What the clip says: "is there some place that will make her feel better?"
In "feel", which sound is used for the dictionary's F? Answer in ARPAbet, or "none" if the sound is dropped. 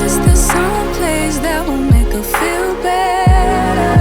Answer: F